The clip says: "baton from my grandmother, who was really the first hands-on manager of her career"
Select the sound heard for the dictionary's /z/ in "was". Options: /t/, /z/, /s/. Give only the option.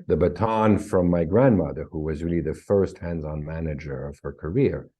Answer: /z/